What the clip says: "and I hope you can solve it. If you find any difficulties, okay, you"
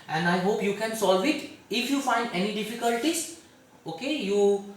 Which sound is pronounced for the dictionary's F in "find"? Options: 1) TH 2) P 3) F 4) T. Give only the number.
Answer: 3